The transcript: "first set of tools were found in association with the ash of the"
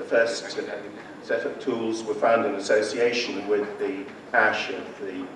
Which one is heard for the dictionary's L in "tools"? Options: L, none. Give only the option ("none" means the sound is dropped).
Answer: L